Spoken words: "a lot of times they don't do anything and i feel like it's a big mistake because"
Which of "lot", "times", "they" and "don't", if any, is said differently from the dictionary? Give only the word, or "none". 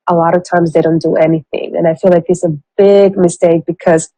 none